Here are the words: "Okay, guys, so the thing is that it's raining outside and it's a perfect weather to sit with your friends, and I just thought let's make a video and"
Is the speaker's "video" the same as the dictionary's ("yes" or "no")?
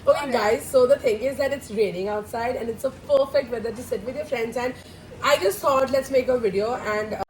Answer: yes